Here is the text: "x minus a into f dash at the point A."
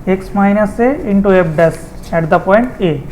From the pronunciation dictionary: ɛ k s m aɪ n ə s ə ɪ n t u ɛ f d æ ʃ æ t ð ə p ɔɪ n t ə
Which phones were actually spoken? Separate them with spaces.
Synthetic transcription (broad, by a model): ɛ k s m aɪ n ə s ə ɪ n t u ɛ p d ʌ s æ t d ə p ɔɪ n t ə